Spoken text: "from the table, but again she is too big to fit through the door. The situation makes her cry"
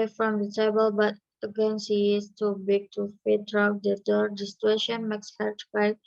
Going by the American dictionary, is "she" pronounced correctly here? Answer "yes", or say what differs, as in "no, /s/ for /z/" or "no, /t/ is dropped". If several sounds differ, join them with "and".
no, /s/ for /ʃ/